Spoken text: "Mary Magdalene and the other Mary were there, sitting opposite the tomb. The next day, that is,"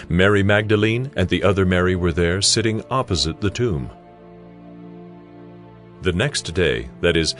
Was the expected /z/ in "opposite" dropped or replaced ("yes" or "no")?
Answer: no